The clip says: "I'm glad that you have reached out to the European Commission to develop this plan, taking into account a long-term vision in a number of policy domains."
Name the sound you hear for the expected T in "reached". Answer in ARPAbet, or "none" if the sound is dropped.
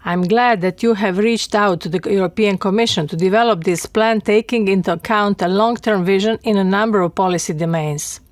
T